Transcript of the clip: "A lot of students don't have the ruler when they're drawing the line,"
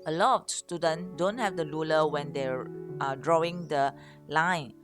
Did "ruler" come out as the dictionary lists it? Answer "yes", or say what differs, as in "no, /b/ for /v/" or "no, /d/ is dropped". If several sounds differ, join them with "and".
no, /l/ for /ɹ/